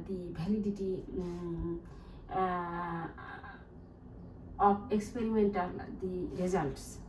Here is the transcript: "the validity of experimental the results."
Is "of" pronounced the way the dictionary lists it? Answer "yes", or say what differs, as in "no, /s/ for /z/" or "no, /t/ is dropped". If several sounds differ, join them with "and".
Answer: no, /p/ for /v/